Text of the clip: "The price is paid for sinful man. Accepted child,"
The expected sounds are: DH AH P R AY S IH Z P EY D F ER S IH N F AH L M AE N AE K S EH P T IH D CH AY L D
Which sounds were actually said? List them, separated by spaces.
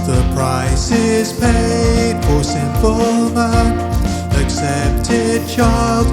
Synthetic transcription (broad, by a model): DH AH P R AY S IH Z P EY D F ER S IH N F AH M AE AE K S EH P T IH D CH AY L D